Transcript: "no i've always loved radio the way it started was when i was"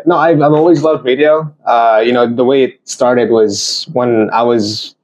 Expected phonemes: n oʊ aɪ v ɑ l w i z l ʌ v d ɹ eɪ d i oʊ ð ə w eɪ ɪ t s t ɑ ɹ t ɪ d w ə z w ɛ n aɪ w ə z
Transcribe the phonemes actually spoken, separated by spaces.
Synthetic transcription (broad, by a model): n oʊ aɪ v ɑ l w i z l ʌ v d ɹ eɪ d i oʊ ð ə w eɪ ɪ t s t ɑ ɹ t ɪ d w ə z w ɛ n aɪ w ə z